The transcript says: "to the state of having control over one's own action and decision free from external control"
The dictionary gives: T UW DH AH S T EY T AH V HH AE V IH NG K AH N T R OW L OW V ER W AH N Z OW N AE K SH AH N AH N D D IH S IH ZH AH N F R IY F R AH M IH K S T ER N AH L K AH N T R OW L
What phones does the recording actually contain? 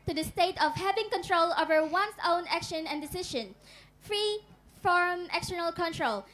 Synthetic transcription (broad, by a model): T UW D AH S T EY T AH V HH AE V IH NG K AH N T R OW L OW V ER W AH N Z OW N AE K SH AH N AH N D D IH S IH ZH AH N F R IY F R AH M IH K S T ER N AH L K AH N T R OW L